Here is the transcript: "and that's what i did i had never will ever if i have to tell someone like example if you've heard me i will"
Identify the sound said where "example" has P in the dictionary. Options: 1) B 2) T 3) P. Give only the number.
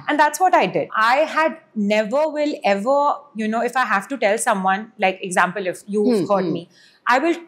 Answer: 3